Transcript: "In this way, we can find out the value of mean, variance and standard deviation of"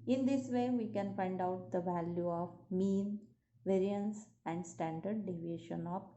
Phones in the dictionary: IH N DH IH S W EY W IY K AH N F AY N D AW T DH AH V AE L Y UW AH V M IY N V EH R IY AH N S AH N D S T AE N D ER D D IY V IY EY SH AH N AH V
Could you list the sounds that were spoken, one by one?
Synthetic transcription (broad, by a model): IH N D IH S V EY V IY K AH N F AY N D AW T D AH V AE L Y UW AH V M IY N V EH R IY AH N S AH N D S T AE N D ER D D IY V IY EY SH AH N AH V